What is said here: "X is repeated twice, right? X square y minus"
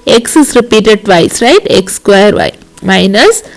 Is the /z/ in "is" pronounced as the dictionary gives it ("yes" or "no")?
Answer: no